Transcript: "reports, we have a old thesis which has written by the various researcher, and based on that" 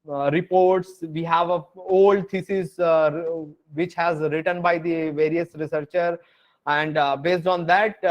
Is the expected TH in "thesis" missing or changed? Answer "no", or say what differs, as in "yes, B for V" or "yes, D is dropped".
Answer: yes, T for TH